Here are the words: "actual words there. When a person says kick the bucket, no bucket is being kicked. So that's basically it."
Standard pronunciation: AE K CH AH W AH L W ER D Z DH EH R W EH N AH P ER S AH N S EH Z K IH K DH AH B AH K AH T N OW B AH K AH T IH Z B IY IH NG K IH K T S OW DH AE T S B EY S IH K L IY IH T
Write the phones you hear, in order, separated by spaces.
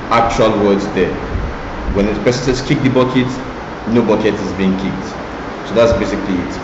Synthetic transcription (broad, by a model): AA K CH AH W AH L W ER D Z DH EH W EH N AH P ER S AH N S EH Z K IH K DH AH B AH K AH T N OW B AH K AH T IH Z B IY IH NG K IH K T S OW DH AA T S B EY S IH K L IY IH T